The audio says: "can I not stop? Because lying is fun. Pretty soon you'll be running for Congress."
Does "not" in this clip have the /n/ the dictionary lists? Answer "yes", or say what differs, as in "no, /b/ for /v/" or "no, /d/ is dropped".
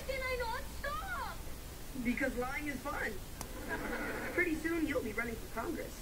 yes